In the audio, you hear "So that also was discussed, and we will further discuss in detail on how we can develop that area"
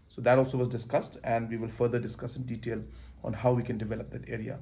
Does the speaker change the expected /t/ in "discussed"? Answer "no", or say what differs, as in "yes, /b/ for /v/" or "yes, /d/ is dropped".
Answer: no